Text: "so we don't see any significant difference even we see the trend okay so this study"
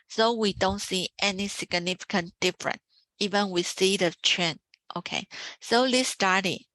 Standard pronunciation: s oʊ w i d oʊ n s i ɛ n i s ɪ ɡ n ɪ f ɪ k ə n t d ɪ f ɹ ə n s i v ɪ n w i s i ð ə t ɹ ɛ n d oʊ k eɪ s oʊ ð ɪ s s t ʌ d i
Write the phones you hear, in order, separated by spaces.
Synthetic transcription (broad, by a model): s oʊ w i d oʊ n s i ɛ n i s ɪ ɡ n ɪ f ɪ k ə n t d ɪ f ɹ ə n i v ɪ n w i s i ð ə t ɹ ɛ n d oʊ k eɪ s oʊ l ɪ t s t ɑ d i